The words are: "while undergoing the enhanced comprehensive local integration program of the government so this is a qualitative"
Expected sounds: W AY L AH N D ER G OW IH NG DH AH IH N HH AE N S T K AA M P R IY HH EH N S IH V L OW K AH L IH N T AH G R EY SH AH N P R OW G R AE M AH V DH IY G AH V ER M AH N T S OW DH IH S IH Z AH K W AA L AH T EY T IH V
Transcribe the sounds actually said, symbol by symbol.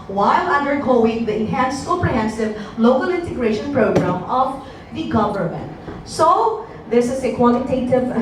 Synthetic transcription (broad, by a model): W AY L AH N D ER G OW IH NG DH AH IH N HH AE N S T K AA P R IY HH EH N S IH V L OW K AH L IH N T AH G R EY SH AH N P R OW G R AE M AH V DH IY G AH V ER M AH N T S OW DH IH S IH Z AH K W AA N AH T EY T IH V